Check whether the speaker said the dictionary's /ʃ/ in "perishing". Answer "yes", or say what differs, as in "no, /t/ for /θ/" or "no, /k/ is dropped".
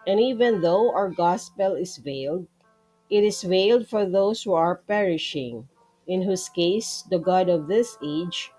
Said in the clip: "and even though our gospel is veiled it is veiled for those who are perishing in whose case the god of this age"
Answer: yes